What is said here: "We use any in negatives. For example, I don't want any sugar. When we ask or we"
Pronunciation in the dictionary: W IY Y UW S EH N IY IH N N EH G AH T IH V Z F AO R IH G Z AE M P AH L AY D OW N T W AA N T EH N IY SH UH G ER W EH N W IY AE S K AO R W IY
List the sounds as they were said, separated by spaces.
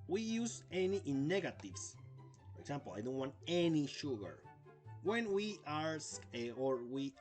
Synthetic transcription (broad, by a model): W IY Y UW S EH N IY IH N N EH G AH T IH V S F AO R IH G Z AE M P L AY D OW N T W AA N T EH N IY SH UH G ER W EH N W IY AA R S AO R W IY